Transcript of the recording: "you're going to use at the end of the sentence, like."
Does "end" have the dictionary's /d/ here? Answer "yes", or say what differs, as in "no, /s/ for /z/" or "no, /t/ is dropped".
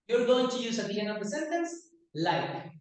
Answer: no, /d/ is dropped